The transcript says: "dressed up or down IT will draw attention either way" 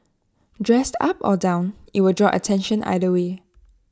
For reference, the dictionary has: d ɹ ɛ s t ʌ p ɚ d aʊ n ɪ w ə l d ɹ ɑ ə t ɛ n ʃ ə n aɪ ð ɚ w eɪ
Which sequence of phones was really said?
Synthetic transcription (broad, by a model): d ɹ ɛ s t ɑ p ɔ d aʊ n ɪ w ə d ɹ ɑ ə t ɛ n ʃ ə n aɪ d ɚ w eɪ